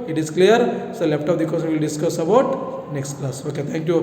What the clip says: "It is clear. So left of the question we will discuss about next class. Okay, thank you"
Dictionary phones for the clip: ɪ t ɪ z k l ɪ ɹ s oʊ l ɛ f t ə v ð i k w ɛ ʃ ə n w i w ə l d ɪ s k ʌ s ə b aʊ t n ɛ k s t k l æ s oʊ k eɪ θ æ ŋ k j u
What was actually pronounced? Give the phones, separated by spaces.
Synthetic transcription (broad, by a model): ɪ t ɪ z k l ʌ ɹ s oʊ l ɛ p t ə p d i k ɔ s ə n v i l d ɪ s k ʌ s ə b aʊ t n ɛ k s t k l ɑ s oʊ k eɪ t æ ŋ k j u